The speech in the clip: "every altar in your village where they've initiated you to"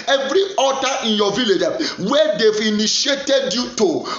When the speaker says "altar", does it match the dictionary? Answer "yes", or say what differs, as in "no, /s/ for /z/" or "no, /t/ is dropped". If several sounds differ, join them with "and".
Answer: no, /l/ is dropped